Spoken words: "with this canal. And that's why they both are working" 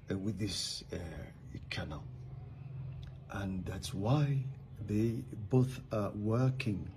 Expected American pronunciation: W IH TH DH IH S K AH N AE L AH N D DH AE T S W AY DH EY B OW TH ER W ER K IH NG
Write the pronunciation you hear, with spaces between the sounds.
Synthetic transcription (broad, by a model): W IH DH IH S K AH N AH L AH N DH AE T S W AY DH EY B OW TH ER W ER K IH NG